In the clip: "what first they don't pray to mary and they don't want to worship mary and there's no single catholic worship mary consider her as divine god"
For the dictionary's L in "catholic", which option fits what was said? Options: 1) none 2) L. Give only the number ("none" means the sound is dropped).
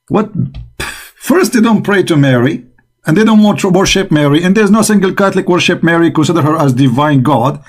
2